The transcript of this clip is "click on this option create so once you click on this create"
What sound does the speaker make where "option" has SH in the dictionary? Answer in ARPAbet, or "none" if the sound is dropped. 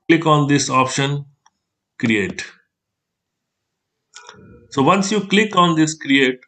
SH